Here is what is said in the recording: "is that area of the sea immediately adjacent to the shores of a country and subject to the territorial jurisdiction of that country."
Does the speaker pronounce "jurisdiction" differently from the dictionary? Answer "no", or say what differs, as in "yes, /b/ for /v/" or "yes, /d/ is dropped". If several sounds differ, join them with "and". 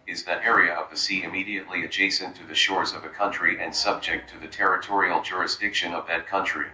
no